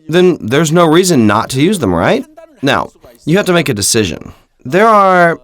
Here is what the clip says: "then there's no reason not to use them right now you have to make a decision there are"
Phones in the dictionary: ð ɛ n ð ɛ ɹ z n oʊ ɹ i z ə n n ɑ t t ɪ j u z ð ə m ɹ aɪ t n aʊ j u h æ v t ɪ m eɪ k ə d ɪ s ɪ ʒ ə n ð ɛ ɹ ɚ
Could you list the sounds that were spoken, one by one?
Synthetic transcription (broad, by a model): ð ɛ n ð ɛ ɹ z n oʊ ɹ i z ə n n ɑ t t ɪ j u z ð ə m ɹ aɪ t n aʊ j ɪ h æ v t ɪ m eɪ k ə d ɪ s ɪ ʒ ə n ð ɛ ɹ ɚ